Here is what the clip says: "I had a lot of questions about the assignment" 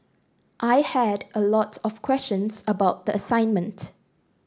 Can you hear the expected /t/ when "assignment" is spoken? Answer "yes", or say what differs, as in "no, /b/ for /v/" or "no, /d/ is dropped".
yes